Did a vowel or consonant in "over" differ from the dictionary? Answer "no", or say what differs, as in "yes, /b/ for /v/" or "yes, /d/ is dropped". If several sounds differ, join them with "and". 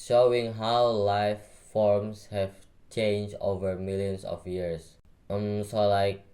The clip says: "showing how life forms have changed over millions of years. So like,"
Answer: no